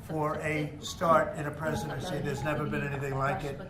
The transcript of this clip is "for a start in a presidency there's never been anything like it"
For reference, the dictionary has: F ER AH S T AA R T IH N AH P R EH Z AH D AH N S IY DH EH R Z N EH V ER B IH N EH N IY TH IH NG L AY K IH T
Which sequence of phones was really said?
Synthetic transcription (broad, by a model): F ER AH S T AA R T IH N AH P R EH Z AH D AH N S IY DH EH R Z N EH V ER B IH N EH N IY TH IH NG L AY K IH T